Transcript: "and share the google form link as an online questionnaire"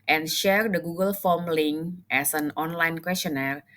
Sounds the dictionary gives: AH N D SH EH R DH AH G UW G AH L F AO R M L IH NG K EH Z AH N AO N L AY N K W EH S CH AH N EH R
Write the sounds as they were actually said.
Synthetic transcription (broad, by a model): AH N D SH EH R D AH G UW G AH L F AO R M L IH NG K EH S AH N AO N L AY N K W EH S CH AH N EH R